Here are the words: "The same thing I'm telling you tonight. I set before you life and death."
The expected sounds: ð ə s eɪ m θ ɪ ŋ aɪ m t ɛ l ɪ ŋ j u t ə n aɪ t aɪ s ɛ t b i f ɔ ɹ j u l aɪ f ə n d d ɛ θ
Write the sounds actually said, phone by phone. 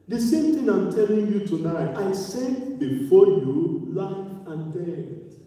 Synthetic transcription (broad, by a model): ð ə s eɪ m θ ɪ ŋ aɪ m t ɛ l ɪ ŋ j u t ə n aɪ t aɪ s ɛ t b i f ɔ j u l aɪ f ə n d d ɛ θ